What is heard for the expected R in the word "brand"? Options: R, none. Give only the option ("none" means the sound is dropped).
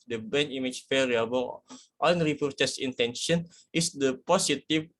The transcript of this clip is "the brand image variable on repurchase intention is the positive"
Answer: none